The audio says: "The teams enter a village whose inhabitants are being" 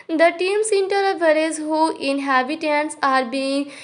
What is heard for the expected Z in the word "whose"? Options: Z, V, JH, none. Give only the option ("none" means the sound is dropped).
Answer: none